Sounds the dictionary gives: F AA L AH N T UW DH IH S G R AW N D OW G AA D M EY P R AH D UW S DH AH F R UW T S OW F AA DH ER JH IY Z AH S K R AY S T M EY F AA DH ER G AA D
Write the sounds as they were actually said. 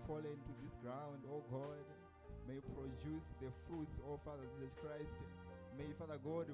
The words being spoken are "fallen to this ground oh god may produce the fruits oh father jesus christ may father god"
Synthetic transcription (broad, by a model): F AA L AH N T UW DH IH S G R AW N D OW G AA D M EY P R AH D UW S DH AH F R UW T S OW F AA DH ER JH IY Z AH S K R AY S T M EY F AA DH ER G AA D